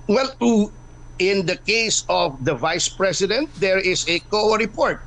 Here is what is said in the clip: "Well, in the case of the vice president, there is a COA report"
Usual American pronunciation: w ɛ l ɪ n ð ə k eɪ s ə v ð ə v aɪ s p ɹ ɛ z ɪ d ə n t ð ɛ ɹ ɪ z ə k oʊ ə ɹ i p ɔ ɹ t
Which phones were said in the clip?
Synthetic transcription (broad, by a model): w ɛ l ɪ n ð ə k eɪ s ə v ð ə v aɪ s p ɹ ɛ s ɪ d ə n t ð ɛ ɹ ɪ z ə k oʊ ɹ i p ɔ ɹ t